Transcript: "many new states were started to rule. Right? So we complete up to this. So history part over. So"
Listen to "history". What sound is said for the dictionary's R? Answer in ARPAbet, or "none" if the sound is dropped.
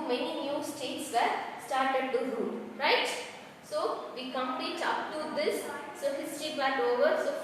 none